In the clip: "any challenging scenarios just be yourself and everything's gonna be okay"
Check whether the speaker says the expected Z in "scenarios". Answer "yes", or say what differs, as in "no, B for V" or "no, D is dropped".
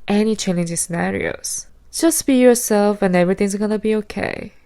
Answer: no, S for Z